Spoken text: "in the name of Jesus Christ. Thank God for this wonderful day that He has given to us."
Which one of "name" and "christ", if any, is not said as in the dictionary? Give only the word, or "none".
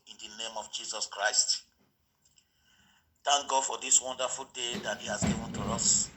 none